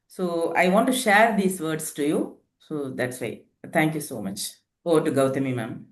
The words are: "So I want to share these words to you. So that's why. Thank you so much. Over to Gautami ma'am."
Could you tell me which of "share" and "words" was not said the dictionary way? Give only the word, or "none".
words